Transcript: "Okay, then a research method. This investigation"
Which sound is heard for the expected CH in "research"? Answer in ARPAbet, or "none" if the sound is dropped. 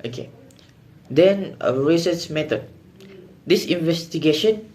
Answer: S